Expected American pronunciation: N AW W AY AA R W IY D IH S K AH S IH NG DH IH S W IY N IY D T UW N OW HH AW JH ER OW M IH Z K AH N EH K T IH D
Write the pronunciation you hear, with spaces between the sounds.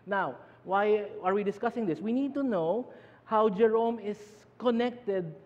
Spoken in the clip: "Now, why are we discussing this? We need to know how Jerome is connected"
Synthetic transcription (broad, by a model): N AW W AY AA R W IY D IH S K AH S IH NG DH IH S W IY N IY D T UW N OW HH AW JH ER OW M IH S K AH N EH K T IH D